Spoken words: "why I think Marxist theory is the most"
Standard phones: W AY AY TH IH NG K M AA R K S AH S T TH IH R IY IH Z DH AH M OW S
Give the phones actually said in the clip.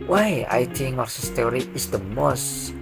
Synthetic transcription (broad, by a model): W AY AY T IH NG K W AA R S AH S T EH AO R IY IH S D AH M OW S